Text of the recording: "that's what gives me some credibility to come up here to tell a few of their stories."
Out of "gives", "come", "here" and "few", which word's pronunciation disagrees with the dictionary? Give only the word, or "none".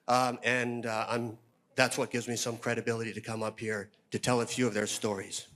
none